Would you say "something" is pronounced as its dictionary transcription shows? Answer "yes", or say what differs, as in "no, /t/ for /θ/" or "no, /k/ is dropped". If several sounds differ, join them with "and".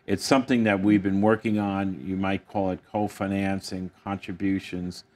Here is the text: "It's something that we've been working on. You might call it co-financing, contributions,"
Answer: yes